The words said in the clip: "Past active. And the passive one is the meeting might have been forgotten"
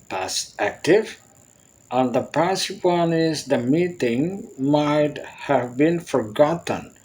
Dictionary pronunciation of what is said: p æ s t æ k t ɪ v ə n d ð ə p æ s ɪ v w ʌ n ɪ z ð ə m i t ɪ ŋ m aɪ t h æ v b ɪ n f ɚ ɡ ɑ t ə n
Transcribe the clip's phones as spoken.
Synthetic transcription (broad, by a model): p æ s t æ k t ɪ v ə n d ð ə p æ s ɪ p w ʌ n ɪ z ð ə m i t ɪ ŋ m aɪ t h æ v b ɪ n f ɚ ɡ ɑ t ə n